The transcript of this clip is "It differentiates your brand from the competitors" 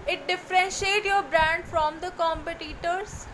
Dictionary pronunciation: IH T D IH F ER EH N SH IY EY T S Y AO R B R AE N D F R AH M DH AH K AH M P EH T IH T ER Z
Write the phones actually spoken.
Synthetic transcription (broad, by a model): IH T D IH F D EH N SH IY EY T Y AO R B R AE N D F R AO M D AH K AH M P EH T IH T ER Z